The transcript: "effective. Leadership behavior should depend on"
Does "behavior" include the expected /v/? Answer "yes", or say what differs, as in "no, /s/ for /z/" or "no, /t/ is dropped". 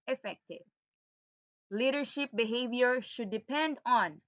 yes